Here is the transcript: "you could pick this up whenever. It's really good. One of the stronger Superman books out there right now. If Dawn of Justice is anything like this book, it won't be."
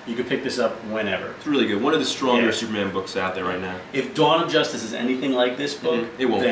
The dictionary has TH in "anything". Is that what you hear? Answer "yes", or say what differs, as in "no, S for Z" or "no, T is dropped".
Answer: yes